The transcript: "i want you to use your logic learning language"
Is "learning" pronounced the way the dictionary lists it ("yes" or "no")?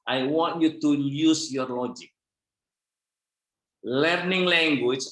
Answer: yes